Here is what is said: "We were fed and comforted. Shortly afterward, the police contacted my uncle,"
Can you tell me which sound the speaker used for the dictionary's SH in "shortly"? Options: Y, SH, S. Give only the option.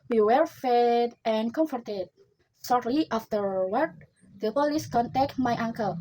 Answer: S